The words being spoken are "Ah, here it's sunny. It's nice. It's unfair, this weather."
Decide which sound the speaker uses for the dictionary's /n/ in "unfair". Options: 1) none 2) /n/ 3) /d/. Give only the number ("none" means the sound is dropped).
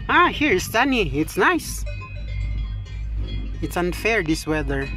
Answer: 2